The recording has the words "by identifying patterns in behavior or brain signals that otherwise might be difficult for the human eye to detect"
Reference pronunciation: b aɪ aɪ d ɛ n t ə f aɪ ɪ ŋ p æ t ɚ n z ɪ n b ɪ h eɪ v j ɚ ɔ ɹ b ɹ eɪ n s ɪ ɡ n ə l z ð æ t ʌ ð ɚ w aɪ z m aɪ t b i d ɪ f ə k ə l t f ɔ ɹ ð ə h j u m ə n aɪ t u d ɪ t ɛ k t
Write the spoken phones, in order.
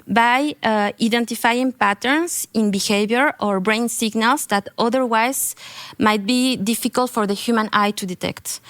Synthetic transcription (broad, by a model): b aɪ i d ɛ n t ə f aɪ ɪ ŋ p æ t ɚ n s ɪ n b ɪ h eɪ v j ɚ ɔ ɹ b ɹ eɪ n s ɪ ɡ n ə l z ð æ t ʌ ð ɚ w aɪ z m aɪ t b i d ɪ f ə k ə l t f ɔ ɹ ð ə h j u m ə n aɪ t u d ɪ t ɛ k t